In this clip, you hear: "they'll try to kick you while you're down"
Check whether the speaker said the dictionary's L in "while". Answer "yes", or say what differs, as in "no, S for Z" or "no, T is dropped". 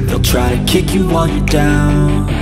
no, N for L